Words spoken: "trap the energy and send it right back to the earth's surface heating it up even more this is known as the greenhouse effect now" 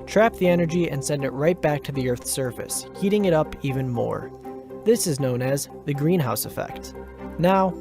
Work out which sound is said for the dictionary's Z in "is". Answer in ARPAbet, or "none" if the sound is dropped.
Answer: Z